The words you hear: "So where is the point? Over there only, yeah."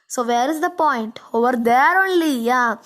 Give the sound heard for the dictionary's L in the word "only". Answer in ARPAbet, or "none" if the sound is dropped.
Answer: L